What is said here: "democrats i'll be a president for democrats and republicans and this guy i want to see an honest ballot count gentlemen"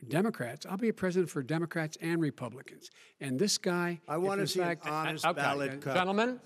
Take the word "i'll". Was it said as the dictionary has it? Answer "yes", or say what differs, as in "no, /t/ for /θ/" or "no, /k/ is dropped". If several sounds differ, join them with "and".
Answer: yes